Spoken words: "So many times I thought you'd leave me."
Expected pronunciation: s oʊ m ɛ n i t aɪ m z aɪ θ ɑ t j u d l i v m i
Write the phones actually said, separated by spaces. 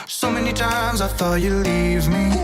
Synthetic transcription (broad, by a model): s oʊ m ɛ n i t aɪ m z aɪ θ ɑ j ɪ l i v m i